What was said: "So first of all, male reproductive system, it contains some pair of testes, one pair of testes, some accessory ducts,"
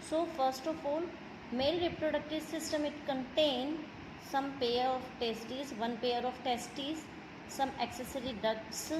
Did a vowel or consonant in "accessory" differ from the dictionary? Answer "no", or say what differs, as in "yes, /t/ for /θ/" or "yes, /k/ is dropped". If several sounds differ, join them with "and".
no